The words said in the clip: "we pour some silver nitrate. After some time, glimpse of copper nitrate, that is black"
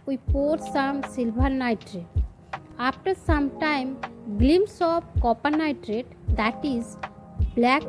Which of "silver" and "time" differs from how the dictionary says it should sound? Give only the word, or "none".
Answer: silver